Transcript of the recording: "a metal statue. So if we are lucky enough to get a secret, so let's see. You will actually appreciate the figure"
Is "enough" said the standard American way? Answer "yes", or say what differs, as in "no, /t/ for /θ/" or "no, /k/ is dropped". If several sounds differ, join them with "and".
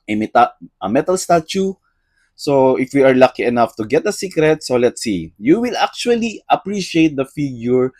yes